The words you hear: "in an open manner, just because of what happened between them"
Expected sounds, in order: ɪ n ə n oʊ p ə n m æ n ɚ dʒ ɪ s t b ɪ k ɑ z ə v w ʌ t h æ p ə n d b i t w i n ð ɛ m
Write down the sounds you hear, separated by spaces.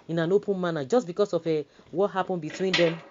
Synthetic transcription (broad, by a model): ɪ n ə n oʊ p ə n m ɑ n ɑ dʒ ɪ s b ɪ k ɑ s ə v w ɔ t h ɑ p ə n b i t w i n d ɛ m